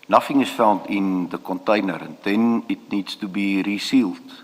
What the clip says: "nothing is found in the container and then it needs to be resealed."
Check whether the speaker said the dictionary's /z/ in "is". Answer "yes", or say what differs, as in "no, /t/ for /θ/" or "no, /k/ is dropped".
no, /s/ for /z/